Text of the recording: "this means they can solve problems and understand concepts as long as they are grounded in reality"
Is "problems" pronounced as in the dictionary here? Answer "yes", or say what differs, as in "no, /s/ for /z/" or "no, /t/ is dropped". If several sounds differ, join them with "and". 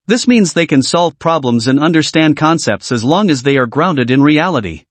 yes